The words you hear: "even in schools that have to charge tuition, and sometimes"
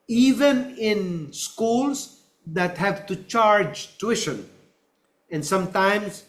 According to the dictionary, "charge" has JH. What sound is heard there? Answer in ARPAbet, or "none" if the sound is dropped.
JH